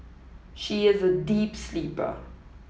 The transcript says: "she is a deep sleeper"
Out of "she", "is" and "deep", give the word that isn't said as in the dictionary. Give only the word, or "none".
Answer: none